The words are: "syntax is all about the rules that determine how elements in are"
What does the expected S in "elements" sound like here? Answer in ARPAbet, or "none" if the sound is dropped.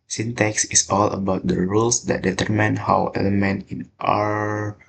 none